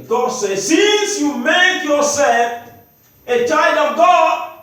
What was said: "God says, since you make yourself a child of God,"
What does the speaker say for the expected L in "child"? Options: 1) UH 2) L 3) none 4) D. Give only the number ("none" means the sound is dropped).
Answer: 3